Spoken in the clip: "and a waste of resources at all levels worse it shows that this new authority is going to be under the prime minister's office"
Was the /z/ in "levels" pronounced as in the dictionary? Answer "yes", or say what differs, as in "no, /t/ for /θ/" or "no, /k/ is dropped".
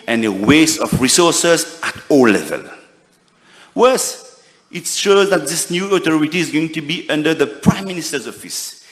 no, /z/ is dropped